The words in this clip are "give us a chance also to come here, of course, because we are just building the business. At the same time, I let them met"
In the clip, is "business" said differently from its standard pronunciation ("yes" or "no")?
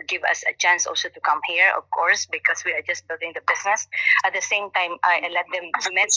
yes